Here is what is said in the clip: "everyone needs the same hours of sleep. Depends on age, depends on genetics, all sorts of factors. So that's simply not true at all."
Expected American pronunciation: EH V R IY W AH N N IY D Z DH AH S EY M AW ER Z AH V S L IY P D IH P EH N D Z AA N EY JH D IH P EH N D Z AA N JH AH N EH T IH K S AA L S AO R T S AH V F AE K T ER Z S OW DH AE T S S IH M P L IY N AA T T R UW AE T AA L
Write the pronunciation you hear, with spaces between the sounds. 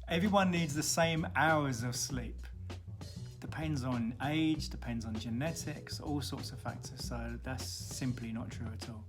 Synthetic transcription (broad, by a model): EH V R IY W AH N N IY D Z DH AH S EY M AW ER Z AH V S L IY P D IH P EH N D Z N EY JH D IH P EH N D Z N JH AH N EH T IH K S AA L S AO T S AH V F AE K T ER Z S OW DH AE T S S IH M P L IY N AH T T R UW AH T AA L